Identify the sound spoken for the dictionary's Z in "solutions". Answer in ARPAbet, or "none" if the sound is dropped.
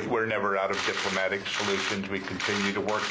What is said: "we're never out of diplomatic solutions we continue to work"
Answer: Z